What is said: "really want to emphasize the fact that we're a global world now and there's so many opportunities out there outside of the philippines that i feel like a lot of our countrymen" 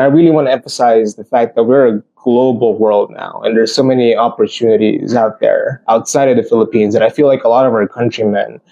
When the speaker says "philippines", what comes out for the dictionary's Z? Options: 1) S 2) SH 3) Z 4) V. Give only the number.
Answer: 3